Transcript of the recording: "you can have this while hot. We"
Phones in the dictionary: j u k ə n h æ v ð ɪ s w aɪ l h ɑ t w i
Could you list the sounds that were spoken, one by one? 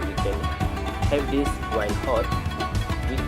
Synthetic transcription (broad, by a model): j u k ə n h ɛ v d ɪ s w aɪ n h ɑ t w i